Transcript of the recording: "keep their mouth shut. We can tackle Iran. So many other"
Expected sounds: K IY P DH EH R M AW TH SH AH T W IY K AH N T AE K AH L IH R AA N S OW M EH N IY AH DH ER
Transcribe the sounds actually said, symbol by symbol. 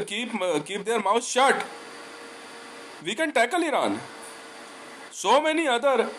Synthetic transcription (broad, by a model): K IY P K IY R M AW S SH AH T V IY K AH N T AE K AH L IH R AA N S OW M EH N IY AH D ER